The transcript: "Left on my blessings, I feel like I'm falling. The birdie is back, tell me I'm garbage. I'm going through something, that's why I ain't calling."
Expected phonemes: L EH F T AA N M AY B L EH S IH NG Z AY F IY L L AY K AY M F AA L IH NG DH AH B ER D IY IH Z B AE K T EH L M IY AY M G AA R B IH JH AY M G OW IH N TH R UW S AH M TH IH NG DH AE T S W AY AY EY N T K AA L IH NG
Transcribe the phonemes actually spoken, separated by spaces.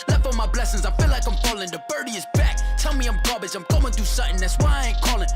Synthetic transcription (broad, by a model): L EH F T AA M AY B L EH S IH NG Z AY F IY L L AY K AY M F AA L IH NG DH AH B ER D IY IH Z B AE K T EH L M IY AY M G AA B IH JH AY M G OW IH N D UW S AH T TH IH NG DH AE T S W AY AY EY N K AA L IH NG